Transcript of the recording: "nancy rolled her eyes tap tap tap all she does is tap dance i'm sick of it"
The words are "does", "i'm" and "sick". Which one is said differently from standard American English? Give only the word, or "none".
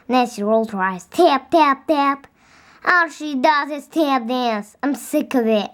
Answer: none